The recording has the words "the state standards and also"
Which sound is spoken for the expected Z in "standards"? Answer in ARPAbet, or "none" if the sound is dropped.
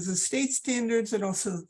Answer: Z